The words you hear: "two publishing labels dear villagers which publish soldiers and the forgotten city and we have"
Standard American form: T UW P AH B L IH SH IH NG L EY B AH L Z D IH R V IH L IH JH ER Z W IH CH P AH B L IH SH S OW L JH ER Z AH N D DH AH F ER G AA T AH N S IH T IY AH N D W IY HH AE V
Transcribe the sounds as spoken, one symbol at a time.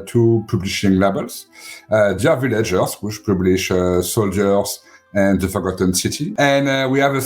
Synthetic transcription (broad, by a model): T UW P AH B L IH SH IH NG L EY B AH L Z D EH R V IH L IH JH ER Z W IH CH P AH B L IH SH S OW L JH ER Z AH N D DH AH F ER G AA T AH N S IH T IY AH N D W IY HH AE V